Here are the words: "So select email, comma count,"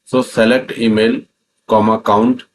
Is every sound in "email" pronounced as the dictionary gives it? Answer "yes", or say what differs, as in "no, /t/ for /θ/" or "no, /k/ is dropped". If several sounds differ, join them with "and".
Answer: yes